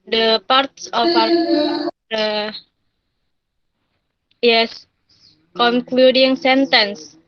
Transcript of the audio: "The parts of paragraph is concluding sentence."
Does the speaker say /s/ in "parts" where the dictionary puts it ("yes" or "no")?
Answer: yes